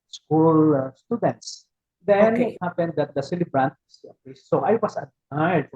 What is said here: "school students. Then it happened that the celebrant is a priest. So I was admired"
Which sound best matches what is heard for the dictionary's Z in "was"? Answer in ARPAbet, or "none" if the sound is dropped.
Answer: S